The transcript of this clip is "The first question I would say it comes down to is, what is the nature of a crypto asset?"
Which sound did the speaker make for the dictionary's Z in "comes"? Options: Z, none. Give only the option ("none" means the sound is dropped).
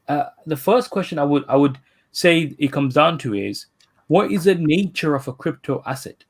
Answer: Z